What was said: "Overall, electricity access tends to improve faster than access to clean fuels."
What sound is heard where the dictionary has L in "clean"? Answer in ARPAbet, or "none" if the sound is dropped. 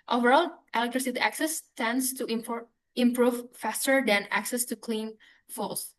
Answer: L